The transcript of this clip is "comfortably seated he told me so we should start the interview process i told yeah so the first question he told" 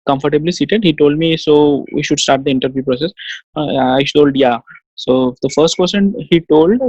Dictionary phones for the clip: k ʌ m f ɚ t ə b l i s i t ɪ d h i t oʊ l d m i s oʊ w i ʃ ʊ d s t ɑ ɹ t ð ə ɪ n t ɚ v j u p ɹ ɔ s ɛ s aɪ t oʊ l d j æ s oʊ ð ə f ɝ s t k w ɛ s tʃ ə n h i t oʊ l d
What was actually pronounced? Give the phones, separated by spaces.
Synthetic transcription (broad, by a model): k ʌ m f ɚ t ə b l i s i t ɪ d h i t oʊ l d m i s oʊ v i ʃ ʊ d s t ɑ ɹ t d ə ɪ n t ɚ v j u p ɹ ɔ s ɛ s aɪ t oʊ l d j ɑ s oʊ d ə f ɝ s t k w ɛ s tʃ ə n h i t oʊ l d